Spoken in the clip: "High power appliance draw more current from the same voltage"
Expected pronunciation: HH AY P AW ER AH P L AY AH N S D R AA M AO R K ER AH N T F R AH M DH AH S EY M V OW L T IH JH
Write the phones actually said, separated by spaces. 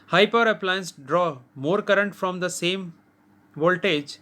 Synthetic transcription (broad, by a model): HH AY P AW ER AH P L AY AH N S D R AA M AO R K ER AH N T F R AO M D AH S EY M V OW L T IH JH